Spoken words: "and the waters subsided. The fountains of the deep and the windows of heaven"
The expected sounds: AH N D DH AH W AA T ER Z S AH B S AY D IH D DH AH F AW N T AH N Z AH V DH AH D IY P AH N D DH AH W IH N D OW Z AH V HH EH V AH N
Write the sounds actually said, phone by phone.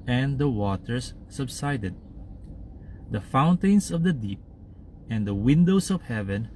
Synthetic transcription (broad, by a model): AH N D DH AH W AA T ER S AH B S AY D IH D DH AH F AW N T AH N S AH V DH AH D IY P AH N D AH W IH N D OW S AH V HH EH V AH N